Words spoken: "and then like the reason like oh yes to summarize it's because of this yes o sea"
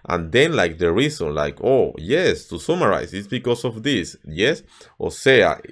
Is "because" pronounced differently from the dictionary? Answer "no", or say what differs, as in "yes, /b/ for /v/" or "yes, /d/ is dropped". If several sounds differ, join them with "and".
yes, /s/ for /z/